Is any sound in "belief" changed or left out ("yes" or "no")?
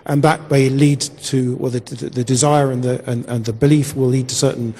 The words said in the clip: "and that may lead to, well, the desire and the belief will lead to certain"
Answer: no